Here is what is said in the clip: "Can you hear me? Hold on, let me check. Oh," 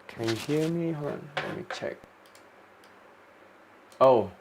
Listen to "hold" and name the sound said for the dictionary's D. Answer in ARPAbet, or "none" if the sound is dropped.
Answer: none